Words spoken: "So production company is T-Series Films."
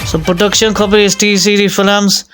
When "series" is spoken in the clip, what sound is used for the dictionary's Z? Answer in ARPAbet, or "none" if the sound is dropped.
none